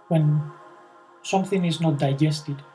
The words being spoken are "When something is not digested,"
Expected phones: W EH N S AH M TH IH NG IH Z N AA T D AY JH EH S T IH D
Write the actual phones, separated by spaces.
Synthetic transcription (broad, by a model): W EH N S AH M TH IH NG IH Z N AA T D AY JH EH S T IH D